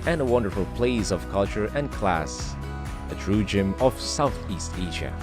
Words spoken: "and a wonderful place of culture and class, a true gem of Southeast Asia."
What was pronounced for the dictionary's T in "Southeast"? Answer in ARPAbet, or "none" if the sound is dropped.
T